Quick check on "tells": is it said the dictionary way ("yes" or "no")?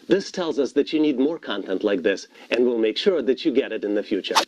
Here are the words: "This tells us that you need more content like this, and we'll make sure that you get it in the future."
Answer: yes